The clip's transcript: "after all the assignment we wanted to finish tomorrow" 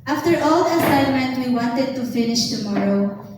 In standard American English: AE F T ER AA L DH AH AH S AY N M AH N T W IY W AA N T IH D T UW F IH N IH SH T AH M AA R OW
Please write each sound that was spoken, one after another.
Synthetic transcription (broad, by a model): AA F T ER AA L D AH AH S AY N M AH N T W IY W AA N T IH D T UW F IH N IH SH T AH M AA R OW